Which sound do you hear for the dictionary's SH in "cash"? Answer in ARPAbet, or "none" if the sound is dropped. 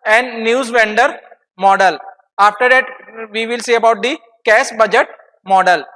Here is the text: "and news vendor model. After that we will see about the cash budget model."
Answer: S